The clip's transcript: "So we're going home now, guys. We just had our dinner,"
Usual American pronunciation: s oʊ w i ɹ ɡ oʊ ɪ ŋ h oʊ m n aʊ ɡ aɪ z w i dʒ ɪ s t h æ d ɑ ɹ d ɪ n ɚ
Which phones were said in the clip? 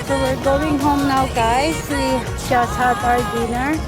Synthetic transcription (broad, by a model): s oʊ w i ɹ ɡ oʊ ɪ ŋ h oʊ m n aʊ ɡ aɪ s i ʃ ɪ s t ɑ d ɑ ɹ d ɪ n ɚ